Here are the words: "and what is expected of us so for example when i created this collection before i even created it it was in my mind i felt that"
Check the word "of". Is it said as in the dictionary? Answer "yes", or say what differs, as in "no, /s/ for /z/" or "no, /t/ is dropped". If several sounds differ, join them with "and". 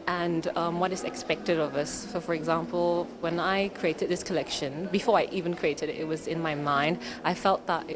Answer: yes